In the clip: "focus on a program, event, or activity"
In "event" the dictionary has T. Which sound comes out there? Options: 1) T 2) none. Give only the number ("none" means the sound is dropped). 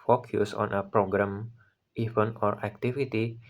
2